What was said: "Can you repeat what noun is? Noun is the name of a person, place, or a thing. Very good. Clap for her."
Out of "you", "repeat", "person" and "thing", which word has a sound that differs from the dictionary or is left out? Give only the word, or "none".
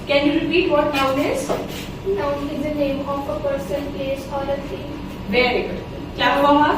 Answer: thing